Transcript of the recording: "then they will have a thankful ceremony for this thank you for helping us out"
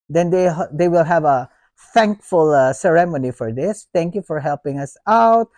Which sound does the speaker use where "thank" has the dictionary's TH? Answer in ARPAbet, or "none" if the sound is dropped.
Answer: T